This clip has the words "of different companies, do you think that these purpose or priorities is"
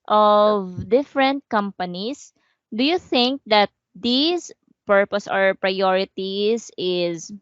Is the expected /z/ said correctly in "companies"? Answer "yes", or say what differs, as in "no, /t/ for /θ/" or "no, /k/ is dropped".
no, /s/ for /z/